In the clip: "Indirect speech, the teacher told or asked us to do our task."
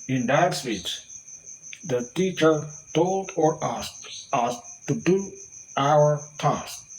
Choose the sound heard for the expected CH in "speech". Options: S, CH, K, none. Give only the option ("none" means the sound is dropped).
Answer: S